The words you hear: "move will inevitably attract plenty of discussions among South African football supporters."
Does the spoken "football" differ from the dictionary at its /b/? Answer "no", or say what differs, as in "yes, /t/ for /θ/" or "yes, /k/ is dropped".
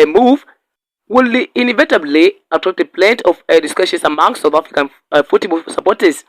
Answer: yes, /b/ is dropped